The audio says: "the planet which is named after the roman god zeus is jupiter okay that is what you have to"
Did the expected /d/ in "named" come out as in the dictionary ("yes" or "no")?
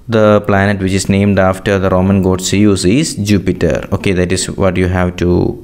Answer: yes